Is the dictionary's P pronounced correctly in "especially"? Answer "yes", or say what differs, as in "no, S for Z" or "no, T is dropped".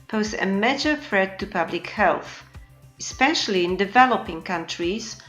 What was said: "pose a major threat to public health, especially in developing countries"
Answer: yes